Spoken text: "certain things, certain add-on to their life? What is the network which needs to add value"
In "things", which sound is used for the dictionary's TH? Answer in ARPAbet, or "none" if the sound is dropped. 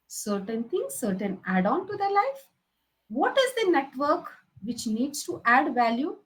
T